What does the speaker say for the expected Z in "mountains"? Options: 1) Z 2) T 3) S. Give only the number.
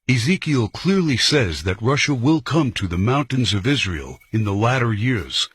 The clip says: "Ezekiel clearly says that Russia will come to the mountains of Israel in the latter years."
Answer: 1